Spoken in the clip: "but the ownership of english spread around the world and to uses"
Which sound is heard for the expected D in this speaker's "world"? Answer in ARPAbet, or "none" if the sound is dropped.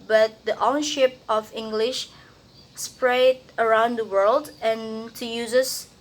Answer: D